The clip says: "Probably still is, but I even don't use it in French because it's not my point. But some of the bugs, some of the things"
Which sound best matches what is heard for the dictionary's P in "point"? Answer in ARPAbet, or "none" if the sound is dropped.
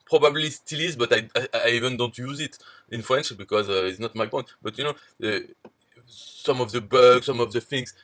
B